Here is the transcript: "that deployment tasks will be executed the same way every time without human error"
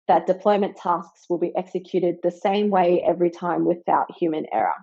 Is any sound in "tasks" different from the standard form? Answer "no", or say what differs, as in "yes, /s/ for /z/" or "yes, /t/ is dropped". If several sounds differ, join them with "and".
no